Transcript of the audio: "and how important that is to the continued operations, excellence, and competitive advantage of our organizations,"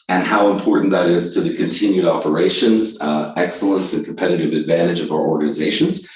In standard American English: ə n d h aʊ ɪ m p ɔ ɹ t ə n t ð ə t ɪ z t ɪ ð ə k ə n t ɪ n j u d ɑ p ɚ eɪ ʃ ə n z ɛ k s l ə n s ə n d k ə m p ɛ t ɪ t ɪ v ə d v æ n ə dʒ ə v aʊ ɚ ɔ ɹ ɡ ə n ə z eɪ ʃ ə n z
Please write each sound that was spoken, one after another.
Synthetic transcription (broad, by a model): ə n h aʊ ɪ m p ɔ ɹ t n ð ə t ɪ z t ɪ ð ə k ə n t ɪ n j u d ɑ p ɚ eɪ ʃ ə n z ɛ k s l ə n s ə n k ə m p ɛ t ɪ t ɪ v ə d v æ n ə dʒ ə v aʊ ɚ ɔ ɹ ɡ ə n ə z eɪ ʃ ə n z